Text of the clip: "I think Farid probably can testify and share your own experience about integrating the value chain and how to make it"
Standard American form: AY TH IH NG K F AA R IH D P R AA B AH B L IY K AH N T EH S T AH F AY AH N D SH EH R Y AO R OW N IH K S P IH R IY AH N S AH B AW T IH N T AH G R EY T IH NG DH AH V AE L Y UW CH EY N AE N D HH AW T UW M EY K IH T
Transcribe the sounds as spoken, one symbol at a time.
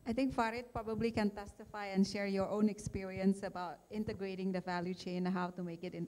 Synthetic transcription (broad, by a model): AY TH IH NG K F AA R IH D P R AA B AH B L IY K AH N T EH S T AH F AY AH N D SH EH R Y AO R OW N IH K S P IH R IY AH N S AH B AW T IH N T AH G R EY T IH NG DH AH V AE L Y UW CH EY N N HH AW T UW M EY K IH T